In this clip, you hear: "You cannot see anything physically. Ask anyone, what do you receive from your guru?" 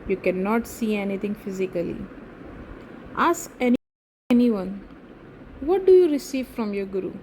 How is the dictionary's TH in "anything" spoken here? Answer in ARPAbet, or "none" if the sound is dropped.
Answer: T